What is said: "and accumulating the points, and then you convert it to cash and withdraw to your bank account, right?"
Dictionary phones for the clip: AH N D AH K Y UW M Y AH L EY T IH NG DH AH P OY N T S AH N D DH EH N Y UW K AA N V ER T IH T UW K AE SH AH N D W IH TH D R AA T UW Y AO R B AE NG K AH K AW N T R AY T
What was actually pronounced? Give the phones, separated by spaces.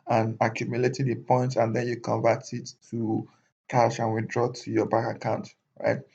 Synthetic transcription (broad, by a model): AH N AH K Y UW M Y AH L EY T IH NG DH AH P OY N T AH N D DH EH N Y UW K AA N V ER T IH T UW K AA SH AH N W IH D R AA T UW Y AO B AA K AH K AW N T R AY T